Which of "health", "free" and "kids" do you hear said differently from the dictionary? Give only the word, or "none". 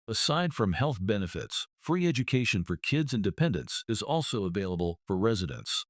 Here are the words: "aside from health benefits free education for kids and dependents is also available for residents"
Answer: none